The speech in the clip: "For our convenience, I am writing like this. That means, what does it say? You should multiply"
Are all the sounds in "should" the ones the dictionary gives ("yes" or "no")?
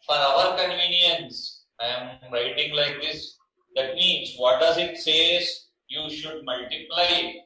yes